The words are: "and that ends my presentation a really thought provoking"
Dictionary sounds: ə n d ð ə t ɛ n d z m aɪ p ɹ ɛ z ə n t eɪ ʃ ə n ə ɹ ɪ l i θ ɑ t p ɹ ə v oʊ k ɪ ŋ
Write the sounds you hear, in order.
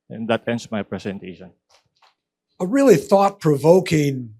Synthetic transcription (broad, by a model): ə n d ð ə t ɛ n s m aɪ p ɹ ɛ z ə n t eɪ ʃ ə n ə ɹ ɪ l i θ ɑ t p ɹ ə v oʊ k ɪ ŋ